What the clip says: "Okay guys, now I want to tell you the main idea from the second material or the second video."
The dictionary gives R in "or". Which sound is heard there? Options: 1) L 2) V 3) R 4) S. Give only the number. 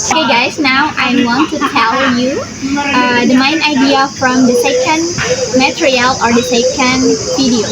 3